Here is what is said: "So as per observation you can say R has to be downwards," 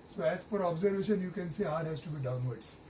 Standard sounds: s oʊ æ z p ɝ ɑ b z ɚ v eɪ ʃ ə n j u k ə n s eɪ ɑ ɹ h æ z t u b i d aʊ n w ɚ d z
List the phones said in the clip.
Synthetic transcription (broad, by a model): s oʊ æ z f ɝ ɑ b z ɚ v eɪ ʃ ə n j u k ə n s eɪ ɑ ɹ h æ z t u b i d aʊ n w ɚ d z